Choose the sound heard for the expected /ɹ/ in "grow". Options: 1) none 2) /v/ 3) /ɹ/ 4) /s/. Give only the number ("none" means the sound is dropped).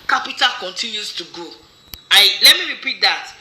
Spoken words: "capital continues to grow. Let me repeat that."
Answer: 1